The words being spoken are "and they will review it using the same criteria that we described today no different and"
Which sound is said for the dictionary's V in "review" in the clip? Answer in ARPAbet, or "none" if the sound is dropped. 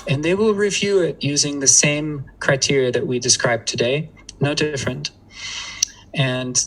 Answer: V